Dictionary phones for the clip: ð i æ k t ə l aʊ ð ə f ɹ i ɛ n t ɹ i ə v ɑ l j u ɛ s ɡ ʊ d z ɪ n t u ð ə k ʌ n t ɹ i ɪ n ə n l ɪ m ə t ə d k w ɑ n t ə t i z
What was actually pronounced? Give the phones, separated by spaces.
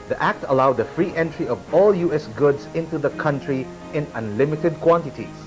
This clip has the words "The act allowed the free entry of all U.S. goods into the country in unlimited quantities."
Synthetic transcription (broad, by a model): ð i æ k t ə l aʊ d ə f ɹ i ɛ n t ɹ i ə v ɑ l j u ɛ s ɡ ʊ d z ɪ n t u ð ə k ʌ n t ɹ i ɪ n ə n l ɪ m ə t ə d k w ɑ n t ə t i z